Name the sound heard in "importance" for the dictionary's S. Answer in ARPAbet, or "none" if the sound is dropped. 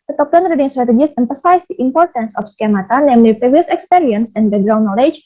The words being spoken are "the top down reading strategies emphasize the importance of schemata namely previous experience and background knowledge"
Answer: S